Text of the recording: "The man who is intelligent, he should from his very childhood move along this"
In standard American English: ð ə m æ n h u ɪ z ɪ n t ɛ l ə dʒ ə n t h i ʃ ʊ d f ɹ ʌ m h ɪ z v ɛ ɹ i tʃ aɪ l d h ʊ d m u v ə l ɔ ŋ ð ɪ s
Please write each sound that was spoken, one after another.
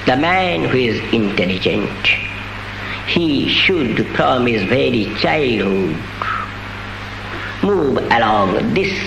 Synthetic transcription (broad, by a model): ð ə m æ n h u ɪ z ɪ n t ɛ l ə dʒ ə n t h i ʃ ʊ d p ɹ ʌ m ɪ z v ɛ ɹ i tʃ aɪ l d h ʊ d m u v ə l ɔ ŋ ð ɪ s